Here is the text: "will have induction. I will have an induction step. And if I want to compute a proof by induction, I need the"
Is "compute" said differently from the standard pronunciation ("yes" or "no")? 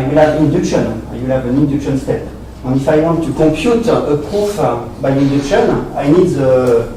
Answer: yes